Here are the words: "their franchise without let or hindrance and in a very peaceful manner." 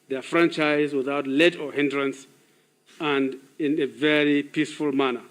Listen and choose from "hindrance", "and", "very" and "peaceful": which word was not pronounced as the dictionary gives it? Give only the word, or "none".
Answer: none